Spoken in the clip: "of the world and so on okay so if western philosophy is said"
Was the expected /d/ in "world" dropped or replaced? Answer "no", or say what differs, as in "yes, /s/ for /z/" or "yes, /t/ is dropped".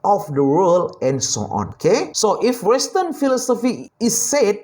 yes, /d/ is dropped